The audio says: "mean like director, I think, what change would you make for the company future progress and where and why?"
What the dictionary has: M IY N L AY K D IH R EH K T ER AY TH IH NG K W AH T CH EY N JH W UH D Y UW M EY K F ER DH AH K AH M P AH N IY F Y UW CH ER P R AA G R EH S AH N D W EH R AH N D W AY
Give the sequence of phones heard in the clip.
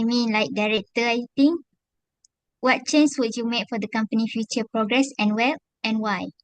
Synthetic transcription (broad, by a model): M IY N L AY K D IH R EH K T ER AY T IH NG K W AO T CH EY N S W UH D Y UW M EY K F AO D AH K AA M P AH N IY F Y UW CH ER P R AA G R EH S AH N W EH L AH N W AY